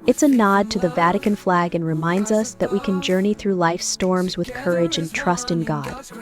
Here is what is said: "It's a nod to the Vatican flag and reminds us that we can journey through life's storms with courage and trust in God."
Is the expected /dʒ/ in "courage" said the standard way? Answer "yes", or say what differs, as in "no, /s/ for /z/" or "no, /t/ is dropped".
yes